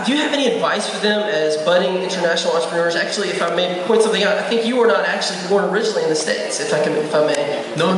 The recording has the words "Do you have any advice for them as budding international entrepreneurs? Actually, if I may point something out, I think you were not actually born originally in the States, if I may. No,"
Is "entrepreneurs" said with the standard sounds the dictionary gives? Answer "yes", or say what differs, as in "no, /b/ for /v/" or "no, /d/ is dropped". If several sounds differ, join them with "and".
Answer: no, /p/ is dropped